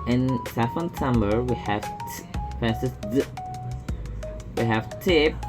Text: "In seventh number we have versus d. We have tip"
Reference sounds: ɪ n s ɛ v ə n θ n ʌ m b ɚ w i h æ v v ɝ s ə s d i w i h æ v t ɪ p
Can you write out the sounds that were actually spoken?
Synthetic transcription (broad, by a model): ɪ n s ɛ f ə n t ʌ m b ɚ w i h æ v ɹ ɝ s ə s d w i h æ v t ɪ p